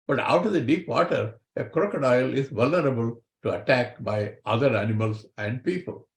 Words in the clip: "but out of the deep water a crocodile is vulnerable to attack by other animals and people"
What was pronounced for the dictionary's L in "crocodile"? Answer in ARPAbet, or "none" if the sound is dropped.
L